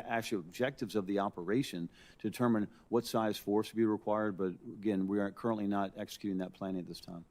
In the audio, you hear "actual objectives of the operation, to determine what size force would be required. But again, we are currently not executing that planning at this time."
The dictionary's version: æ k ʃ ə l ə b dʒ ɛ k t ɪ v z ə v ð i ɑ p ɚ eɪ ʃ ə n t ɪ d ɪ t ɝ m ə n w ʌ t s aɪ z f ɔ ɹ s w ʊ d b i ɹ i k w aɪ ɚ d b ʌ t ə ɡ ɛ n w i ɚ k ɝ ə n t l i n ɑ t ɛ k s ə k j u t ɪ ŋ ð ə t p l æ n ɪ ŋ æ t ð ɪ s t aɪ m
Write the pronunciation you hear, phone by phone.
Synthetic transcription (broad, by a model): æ k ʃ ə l ə b dʒ ɛ k t ɪ v z ə v ð i ɑ p ɚ eɪ ʃ ə n t ɪ d ɪ t ɝ m ə n w ʌ t s aɪ z f ɔ ɹ s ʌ b i ɹ i k w aɪ ɚ d b ʌ t ə ɡ ɛ n w i ɚ k ɝ ə n t l i n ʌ t ɛ k s ə k j u t ɪ ŋ ð ə t p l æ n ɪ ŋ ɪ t ð ɪ s t aɪ m